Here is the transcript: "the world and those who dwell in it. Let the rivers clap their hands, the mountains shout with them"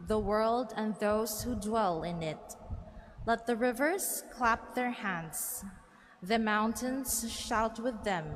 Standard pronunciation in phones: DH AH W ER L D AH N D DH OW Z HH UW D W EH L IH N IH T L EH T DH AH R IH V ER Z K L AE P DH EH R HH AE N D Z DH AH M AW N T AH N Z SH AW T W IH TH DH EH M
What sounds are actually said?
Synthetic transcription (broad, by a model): DH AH W ER L D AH N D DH OW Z HH UW D W EH L IH N IH T L EH T DH AH R IH V ER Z K L AE P DH EH R HH AE N D Z DH AH M AW N T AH N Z SH AW T W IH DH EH M